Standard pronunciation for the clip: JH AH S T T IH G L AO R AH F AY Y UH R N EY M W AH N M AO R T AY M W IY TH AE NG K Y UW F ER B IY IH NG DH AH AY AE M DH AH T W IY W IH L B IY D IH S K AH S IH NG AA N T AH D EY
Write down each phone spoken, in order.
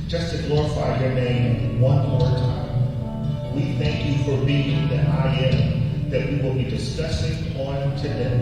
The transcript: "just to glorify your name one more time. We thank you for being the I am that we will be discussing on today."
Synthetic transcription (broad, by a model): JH AH S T T IH G L AO R AH F AY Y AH R N EY M W AH N M AO R T AY M W IY TH AE NG K Y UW F ER B IY IH NG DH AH AY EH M DH AH T W IY W IH L B IY D IH S K AH S IH NG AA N T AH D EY